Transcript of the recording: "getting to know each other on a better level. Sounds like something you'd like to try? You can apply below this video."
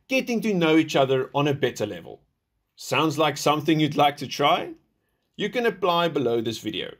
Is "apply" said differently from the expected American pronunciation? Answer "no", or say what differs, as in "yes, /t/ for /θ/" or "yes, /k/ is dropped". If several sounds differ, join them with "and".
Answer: no